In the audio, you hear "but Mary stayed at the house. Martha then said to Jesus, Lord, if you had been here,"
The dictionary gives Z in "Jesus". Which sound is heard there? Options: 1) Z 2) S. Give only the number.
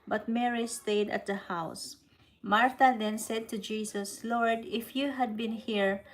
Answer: 2